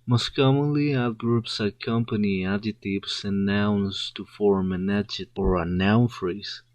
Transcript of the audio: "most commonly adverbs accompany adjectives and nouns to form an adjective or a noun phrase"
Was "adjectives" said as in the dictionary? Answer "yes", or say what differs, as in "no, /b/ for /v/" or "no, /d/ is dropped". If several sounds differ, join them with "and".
no, /k/ is dropped and /s/ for /z/